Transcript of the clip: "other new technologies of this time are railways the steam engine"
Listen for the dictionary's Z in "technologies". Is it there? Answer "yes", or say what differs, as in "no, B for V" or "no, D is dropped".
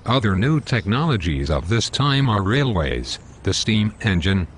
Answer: yes